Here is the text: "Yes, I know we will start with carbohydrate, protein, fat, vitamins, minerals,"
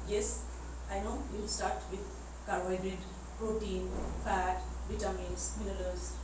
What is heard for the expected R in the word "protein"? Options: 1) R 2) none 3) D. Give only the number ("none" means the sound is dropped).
1